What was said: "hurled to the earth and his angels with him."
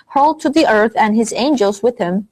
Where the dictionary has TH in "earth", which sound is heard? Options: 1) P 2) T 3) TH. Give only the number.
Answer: 3